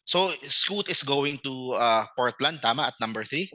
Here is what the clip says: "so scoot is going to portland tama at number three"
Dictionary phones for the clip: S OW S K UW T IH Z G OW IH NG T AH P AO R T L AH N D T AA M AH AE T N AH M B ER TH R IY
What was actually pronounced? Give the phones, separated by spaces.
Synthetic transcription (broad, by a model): S OW S K UW T IH S G OW IH NG T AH P AO R T L AH N D T AA M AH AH T N AH M B ER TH R IY